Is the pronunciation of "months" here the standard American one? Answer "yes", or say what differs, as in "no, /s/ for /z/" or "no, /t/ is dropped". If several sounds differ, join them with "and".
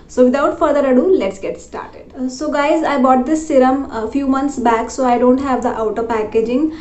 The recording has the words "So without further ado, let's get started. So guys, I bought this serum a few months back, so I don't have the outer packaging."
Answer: no, /t/ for /θ/